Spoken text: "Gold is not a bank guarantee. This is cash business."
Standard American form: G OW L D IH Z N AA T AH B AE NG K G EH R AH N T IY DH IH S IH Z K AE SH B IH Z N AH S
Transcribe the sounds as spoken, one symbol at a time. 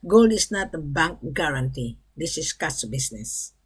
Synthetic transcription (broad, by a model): G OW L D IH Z N AA T AH B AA NG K G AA R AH N T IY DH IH S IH S K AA S B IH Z N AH S